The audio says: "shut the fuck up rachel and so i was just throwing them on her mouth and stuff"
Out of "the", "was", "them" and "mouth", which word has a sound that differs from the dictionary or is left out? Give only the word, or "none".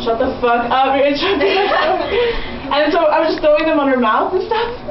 none